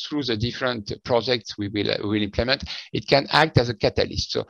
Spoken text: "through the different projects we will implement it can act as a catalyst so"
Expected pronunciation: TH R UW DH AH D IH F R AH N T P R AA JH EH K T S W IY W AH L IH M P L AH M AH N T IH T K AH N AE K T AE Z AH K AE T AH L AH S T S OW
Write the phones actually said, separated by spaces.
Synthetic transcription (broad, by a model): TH R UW DH AH D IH F R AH N T P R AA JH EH K T S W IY W AH L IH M P L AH M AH N T IH T K AH N AE K T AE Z AH K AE T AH L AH S T S OW